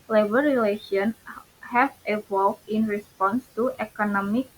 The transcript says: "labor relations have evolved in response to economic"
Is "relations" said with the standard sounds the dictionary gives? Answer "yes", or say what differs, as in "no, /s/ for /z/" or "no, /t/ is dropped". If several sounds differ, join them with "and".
no, /z/ is dropped